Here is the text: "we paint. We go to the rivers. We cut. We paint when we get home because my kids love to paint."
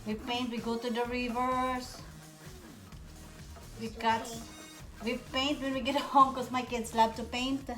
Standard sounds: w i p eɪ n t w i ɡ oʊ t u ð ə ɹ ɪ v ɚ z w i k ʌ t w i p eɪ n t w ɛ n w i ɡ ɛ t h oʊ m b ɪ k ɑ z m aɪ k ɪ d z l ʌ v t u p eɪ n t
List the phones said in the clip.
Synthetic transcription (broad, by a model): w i p eɪ n t w i ɡ oʊ t u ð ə ɹ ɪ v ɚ s w i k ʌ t w i p eɪ n t w ɛ n w i ɡ ɛ t h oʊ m k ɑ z m aɪ k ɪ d s l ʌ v t u p eɪ n t